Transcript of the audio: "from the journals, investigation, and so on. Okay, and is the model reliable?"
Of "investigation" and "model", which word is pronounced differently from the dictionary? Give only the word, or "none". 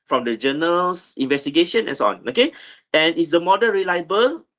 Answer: model